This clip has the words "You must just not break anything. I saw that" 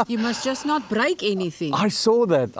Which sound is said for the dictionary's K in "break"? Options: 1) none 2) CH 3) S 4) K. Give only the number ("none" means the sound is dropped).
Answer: 4